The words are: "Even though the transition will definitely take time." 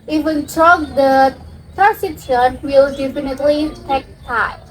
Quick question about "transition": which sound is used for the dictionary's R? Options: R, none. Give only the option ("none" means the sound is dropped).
none